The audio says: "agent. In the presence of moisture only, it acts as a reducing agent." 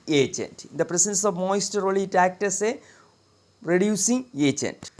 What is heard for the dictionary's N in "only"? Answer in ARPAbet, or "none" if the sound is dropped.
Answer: none